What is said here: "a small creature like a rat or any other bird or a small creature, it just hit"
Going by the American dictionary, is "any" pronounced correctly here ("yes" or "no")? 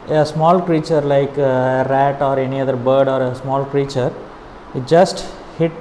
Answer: yes